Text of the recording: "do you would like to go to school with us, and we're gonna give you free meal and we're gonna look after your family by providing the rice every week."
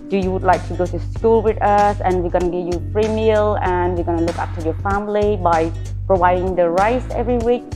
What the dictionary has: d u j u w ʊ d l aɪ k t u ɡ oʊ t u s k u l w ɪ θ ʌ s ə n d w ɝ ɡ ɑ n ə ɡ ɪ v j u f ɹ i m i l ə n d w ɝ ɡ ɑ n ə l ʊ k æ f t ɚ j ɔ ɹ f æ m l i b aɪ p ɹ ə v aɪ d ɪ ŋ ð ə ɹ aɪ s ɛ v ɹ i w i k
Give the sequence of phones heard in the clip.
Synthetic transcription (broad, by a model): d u j u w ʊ d l aɪ k t u ɡ oʊ t u s k u l w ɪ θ ʌ s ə n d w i ɡ ɑ n ə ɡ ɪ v j u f ɹ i m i l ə n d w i ɡ ɑ n ə l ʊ k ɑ p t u j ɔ f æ m l i b aɪ p ɹ ə v aɪ d ɪ ŋ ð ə ɹ aɪ s ɛ v ɹ i w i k